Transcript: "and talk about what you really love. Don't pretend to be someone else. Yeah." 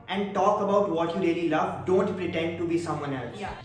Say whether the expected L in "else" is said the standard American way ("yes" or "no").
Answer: yes